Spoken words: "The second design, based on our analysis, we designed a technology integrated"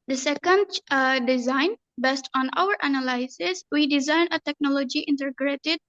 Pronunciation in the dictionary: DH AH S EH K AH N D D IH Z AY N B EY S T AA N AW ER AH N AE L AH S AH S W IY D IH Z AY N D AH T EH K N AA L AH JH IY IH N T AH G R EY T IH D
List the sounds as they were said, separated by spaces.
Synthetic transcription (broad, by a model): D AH S EH K AH N D D IH Z AY N B EY S T AA N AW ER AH N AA L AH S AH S W IY D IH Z AY N AH T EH K N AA L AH JH IY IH N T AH G R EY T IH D